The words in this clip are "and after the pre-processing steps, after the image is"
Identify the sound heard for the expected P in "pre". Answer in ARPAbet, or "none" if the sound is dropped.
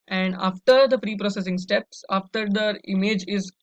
F